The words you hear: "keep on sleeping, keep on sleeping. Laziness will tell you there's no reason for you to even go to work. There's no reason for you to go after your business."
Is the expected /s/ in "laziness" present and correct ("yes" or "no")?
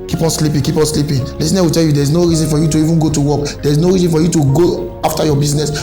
no